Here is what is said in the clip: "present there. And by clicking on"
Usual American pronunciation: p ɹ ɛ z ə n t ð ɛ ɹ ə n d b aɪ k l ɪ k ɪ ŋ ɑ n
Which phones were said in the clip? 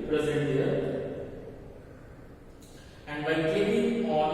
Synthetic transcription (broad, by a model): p ɹ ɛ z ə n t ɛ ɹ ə n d b aɪ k ɛ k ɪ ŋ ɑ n